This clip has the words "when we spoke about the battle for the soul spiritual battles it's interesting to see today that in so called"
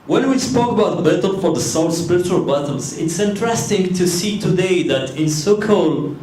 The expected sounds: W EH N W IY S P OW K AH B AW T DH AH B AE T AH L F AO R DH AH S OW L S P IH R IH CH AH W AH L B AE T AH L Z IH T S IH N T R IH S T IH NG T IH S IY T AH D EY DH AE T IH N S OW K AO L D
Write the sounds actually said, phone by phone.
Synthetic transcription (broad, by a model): W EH N W IY S P OW K AH B AW T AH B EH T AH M F AO R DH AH S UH N S P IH R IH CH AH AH L B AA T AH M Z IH T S IH N T R IH S T IH NG T IH S IY T AH D EY DH AE T IH N S OW K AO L